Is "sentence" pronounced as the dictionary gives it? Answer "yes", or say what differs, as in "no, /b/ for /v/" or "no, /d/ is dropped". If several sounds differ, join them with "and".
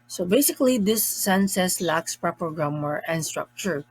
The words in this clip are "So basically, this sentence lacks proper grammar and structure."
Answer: no, /s/ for /t/ and /n/ is dropped